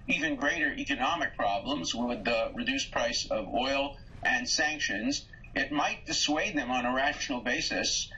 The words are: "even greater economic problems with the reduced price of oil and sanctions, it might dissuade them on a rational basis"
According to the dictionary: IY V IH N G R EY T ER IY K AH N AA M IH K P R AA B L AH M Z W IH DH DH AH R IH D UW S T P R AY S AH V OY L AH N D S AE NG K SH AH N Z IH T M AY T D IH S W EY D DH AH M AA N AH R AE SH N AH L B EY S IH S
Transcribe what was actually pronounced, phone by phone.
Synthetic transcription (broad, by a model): IY V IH N G R EY T ER IY K AH N AA M IH K P R AA B L AH M Z W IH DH DH AH R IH D UW S P R AY S AH V OY L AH N S AE NG K SH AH N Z IH T M AY T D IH S W EY D DH AH M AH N AH R AE SH N L B EY S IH S